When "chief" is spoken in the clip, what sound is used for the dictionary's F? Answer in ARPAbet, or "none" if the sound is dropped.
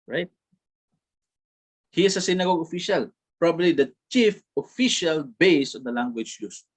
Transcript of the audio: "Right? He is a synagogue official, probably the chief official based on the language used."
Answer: F